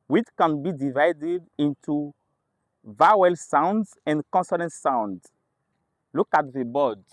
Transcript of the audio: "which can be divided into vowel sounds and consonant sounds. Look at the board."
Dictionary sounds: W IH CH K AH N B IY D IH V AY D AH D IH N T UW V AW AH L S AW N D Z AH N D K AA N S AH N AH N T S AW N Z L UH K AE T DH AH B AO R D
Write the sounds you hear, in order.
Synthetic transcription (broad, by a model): W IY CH K AH N B IY D IH V AY D AH D IH N T UW V AW AH L S AW N D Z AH N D K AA N S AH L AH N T S AW N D L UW K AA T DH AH B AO D